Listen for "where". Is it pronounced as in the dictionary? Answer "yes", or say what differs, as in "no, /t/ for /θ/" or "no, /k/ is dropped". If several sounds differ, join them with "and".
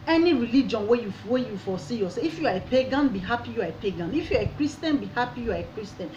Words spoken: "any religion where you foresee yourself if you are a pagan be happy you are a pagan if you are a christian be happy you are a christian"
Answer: no, /w/ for /ɹ/